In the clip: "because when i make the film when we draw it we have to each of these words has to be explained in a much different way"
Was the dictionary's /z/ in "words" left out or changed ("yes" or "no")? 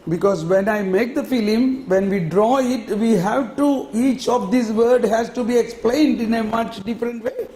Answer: yes